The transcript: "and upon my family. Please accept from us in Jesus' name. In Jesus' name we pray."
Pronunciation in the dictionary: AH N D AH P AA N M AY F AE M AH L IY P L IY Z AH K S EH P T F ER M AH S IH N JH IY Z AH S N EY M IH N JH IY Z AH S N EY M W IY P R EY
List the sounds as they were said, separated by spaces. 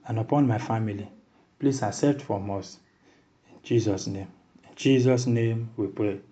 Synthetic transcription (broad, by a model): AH N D AH P AA N M AY F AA M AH L IY P L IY S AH S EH T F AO M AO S IH N JH IY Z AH S N EY M IH N JH IY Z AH S N EY M W IY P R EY